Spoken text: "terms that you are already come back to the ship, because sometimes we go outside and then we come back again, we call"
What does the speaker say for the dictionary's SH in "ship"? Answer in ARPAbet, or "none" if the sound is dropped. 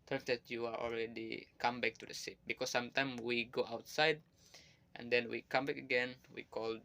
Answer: S